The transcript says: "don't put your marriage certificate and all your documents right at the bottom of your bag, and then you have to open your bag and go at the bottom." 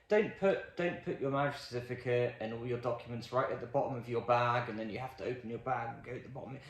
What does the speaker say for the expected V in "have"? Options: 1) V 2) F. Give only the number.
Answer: 2